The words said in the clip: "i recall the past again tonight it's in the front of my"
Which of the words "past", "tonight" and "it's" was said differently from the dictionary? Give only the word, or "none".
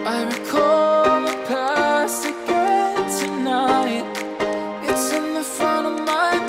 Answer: past